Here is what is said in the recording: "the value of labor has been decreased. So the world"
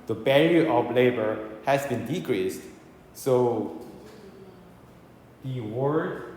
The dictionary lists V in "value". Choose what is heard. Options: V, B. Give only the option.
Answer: B